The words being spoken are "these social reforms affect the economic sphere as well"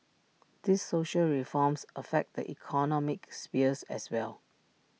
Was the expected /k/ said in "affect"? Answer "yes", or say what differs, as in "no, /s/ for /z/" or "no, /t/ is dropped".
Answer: yes